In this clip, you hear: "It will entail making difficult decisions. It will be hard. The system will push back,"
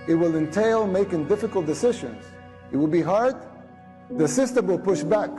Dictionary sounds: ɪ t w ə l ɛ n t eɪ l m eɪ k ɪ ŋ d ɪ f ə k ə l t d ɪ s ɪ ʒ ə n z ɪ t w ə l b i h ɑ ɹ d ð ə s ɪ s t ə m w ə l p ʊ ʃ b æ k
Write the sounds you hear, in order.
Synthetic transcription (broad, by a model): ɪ t w ə l ɛ n t eɪ l m eɪ k ɪ ŋ d ɪ f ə k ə l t d ɪ s ɪ ʒ ə n z ɪ t w ə l b i h ɑ ɹ d ð ə s ɪ s t ə m w ə l p ʊ ʃ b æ k